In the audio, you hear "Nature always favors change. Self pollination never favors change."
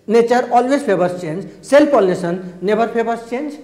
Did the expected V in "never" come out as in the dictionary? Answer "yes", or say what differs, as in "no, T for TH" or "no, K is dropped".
no, B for V